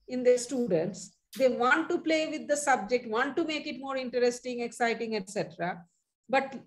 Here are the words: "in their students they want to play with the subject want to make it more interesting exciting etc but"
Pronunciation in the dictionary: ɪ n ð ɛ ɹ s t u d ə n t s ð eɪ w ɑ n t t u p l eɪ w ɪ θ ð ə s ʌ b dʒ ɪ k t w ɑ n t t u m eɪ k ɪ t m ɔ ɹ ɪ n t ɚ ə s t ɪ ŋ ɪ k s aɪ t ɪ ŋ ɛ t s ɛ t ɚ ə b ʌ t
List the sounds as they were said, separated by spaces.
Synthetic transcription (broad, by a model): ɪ n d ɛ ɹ s t u d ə n t s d eɪ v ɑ n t t u p l eɪ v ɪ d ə s ʌ b dʒ ɪ k t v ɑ n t t u m eɪ k ɪ t m ɔ ɹ ɪ n t ɚ ə s t ɪ ŋ ɪ k s aɪ t ɪ ŋ ɛ t s ɛ t ɚ ə b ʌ t